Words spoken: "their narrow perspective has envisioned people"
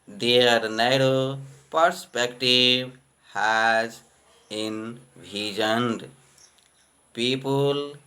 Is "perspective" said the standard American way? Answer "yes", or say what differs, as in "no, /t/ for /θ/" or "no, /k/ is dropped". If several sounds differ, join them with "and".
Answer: no, /b/ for /v/